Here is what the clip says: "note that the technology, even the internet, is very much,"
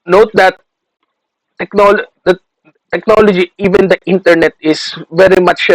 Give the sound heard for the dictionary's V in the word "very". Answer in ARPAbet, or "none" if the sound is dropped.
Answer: V